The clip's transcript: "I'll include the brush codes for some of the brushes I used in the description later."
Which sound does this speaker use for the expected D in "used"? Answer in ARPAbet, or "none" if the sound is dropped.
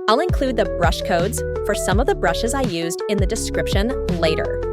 D